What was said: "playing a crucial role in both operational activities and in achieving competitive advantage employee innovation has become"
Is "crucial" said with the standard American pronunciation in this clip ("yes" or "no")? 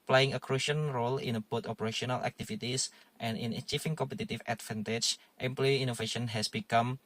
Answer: no